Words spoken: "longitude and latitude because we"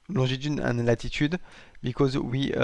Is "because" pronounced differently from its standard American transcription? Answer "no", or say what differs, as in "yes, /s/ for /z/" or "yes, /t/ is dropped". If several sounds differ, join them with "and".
no